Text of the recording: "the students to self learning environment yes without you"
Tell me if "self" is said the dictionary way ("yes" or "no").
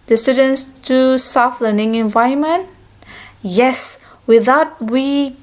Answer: no